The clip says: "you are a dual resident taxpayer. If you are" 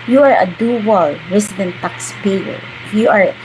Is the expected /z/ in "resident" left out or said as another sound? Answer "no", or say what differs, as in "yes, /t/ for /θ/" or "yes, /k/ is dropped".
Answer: yes, /s/ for /z/